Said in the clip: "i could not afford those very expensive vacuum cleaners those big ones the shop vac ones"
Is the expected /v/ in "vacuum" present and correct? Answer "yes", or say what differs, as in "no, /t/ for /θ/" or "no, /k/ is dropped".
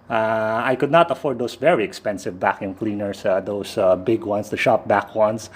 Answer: yes